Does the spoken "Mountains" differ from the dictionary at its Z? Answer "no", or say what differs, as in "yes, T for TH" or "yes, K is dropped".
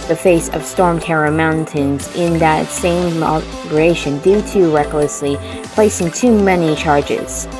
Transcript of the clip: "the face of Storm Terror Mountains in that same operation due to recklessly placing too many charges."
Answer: no